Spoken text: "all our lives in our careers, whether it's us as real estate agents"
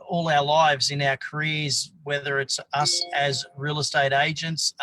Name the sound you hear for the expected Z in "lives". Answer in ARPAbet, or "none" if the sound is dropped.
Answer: Z